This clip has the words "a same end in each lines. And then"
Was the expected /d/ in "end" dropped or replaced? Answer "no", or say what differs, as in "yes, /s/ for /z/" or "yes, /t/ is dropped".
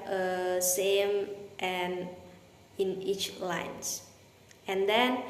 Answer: yes, /d/ is dropped